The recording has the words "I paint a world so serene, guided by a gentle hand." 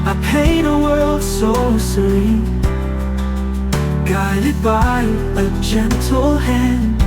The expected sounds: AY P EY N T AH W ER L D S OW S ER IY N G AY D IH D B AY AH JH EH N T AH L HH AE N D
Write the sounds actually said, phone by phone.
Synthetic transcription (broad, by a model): AY P EY T AH W ER L D S OW S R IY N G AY D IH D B AY AH JH EH N T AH L HH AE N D